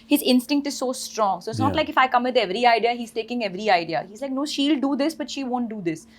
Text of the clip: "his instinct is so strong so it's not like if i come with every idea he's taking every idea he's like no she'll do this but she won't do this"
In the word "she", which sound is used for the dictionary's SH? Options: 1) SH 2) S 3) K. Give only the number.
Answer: 1